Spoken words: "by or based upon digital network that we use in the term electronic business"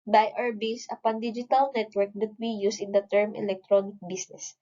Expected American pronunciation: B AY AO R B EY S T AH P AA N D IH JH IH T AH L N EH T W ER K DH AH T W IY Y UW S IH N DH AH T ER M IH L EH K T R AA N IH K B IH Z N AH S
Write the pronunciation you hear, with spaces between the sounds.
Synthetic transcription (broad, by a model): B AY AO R B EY S AH P AA N D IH JH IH T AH L N EH T W ER K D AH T W IY Y UW S IH N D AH T ER M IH L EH K T R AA N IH K B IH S N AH S